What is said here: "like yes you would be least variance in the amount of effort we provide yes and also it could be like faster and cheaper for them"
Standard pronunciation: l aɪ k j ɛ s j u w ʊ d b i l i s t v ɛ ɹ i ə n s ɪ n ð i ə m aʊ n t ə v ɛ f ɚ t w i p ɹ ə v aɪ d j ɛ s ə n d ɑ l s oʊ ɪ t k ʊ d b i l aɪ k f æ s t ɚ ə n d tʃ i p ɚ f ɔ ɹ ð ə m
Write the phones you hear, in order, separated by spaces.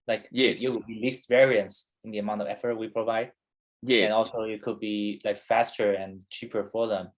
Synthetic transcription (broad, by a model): l aɪ k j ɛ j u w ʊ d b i l i s t v ɛ ɹ i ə n s ɪ n ð i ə m aʊ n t ə v ɛ f ɚ t w i p ɹ ə v aɪ d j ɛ ə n ɑ l s oʊ ɪ t k ʊ d b i l aɪ k f æ s t ɚ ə n tʃ i p ɚ f ɔ ɹ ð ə m